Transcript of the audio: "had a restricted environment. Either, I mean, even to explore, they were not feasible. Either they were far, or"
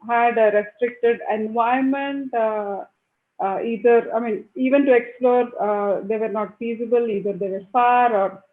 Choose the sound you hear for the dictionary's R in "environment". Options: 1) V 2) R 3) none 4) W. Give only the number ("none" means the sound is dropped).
3